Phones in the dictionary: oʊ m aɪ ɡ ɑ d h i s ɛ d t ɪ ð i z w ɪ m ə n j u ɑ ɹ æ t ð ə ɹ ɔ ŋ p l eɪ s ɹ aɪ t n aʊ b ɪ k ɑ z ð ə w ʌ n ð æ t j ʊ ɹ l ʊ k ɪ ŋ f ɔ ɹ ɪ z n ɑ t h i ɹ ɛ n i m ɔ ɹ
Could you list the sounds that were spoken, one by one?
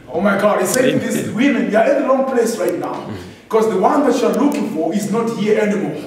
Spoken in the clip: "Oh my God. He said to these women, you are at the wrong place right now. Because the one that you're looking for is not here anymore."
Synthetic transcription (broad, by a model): oʊ m aɪ ɡ ɑ d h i s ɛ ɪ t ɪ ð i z w ɪ m ə n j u ɑ ɹ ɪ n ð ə l ɔ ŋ p l eɪ s ɹ aɪ t n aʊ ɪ k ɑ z ð ə w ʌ n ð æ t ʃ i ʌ l ʊ k ɪ ŋ f ɔ ɹ ɪ z n ɑ t h i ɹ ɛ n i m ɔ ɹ